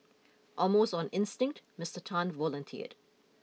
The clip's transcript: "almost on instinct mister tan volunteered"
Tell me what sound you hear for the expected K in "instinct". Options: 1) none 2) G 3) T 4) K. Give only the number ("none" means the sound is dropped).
4